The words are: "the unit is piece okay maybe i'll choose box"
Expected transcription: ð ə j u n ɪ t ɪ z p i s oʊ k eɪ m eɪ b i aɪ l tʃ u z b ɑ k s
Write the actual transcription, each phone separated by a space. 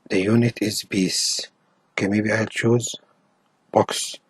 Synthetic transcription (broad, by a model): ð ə j u n ɪ t ɪ z b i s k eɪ m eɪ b i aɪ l tʃ u z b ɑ k s